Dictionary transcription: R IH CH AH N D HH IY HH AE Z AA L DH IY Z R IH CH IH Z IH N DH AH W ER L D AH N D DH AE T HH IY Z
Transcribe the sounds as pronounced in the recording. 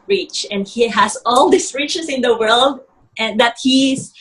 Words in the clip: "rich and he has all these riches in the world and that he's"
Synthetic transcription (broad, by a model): R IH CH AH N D HH IY HH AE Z AA L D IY S R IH CH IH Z IH N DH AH W ER L D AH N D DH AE T HH IY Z